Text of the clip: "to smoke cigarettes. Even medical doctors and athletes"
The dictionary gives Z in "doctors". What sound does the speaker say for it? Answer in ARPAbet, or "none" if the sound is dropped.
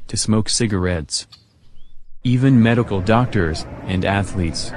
Z